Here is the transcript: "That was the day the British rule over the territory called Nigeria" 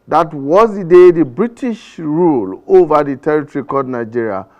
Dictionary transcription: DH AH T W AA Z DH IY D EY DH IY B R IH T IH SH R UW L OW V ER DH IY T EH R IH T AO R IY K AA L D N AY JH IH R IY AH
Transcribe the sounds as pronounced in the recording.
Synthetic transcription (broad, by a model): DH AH T W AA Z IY D EY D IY B R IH T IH SH R UW L OW V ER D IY T EH R IH T AO R IY K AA D N AY JH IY R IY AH